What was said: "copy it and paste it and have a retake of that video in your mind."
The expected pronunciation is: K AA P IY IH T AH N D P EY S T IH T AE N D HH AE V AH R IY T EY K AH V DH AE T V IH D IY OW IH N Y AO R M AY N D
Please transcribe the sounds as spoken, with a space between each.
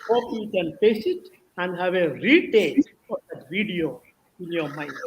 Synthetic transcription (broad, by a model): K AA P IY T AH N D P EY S IH T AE N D HH AE V AH R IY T EY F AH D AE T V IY D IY OW IH N Y AO R M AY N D